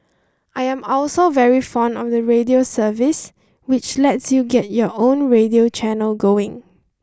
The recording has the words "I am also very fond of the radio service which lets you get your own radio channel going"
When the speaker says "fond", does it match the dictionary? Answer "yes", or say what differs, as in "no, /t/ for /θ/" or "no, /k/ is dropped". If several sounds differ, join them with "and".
yes